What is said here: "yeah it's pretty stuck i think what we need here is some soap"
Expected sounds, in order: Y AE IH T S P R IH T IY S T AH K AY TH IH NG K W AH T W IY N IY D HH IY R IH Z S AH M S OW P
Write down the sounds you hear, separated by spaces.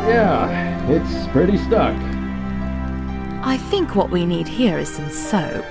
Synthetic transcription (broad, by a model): Y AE IH T S P R IH T IY S T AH K AY TH IH NG K W AH T W IY N IY D HH IY R IH Z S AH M S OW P